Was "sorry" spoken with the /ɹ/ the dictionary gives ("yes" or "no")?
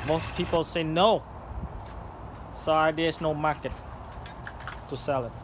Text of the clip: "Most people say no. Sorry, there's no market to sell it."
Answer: no